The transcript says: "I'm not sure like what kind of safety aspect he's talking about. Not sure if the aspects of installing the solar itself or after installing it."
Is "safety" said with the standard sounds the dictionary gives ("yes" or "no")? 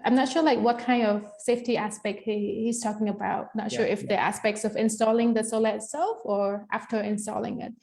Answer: yes